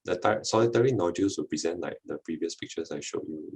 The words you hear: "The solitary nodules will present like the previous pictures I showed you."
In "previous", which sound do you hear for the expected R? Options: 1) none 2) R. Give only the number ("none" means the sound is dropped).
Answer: 2